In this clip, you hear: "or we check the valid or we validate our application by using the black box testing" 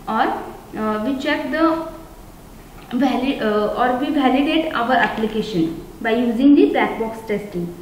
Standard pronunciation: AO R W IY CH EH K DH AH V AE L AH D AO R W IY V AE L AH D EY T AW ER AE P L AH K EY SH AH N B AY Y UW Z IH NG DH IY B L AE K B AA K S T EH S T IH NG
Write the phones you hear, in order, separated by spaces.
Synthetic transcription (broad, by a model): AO R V IY CH EH K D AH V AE L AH AO R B IY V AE L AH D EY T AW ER AE P L AH K EY SH AH N B AY Y UW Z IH NG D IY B AE K B AA K S T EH S T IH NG